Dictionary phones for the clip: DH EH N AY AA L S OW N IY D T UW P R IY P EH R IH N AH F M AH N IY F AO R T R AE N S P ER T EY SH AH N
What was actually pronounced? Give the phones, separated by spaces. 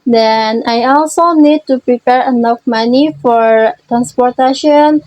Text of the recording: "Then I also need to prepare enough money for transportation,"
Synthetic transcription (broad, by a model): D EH N AY AA L S OW N IY D T UW P R IY P EH R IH N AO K M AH N IY F AO R T R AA N S P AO T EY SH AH N